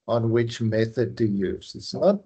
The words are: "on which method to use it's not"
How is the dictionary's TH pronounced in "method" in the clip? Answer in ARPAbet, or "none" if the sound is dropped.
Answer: TH